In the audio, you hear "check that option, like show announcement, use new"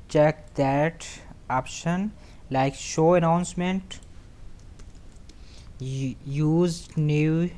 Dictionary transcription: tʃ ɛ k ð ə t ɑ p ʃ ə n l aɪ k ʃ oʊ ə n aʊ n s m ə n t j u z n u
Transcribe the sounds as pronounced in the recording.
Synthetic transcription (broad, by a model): tʃ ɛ k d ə t ɑ p ʃ ə n l aɪ k ʃ oʊ ə n aʊ n s m ə n t j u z n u